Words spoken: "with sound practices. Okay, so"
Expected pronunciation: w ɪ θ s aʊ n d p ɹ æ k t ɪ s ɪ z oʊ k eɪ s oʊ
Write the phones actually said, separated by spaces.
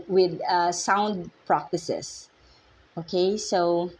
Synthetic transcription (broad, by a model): w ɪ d s aʊ n d p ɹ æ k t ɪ s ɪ s oʊ k eɪ s oʊ